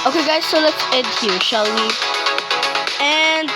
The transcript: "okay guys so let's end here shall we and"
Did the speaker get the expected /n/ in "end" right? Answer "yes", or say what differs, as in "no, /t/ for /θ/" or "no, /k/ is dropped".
no, /n/ is dropped